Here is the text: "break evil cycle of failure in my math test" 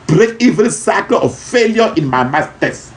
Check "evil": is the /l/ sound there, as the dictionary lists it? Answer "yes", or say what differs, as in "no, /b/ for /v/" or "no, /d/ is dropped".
no, /n/ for /l/